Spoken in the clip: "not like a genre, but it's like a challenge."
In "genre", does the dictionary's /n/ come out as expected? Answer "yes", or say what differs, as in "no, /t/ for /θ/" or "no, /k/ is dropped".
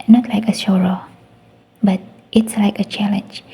no, /n/ is dropped